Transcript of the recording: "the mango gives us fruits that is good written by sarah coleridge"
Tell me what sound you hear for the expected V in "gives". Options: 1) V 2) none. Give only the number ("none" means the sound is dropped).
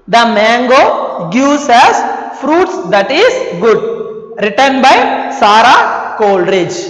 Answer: 2